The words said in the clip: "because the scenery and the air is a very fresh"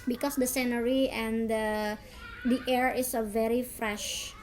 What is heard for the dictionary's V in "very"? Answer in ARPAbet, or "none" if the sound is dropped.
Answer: V